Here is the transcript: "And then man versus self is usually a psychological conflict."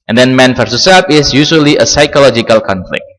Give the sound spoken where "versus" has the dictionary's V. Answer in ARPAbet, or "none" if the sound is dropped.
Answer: F